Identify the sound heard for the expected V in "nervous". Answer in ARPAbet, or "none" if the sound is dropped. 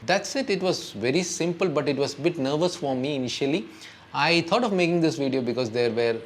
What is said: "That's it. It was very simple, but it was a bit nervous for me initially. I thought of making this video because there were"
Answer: V